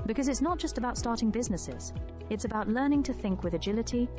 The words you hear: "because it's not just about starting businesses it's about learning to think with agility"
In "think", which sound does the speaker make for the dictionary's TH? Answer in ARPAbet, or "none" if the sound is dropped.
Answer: TH